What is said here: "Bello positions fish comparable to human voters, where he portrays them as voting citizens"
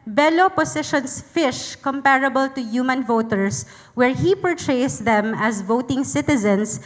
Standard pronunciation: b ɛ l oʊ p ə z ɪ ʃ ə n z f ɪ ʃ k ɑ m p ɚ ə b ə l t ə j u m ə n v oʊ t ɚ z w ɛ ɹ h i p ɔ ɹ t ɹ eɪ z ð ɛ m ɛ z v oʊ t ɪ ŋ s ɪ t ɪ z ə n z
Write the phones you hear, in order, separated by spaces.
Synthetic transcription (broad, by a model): b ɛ l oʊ p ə s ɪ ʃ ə n s f ɪ ʃ k ɑ m p ɚ ə b ə l t ə j u m ə n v oʊ t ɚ s w ɛ ɹ h i p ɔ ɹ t ɹ eɪ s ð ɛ m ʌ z v oʊ t ɪ ŋ s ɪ t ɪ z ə n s